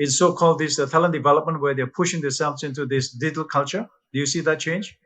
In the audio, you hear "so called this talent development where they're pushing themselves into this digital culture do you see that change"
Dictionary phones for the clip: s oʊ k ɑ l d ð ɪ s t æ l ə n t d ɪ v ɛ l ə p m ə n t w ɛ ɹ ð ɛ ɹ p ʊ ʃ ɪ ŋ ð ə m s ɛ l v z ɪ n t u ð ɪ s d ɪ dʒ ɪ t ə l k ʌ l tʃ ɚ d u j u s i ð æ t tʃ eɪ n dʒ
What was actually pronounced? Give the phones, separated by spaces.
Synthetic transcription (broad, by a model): s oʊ k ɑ l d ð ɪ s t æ l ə n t d ɪ v ɛ l ə p m ə n t w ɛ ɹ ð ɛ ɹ p ʊ ʃ ɪ ŋ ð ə s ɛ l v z ɪ n t u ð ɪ s d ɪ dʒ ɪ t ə l k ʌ l tʃ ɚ d u j u s i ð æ t tʃ eɪ n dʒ